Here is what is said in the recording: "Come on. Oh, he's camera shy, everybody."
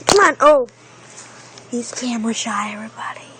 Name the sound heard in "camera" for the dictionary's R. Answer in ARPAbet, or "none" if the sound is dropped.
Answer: W